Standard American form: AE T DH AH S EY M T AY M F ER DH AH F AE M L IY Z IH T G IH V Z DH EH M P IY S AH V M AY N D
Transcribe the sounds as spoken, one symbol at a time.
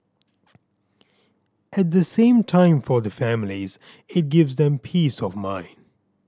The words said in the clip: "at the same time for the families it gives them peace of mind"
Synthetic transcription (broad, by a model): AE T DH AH S EY M T AY M F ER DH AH F AE M L IY Z IH T G IH V Z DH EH M P IY S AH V M AY N D